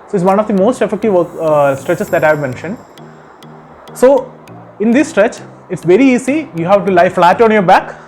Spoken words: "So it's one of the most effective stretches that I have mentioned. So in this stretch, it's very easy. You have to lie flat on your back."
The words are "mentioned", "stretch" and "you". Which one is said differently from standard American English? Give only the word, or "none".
none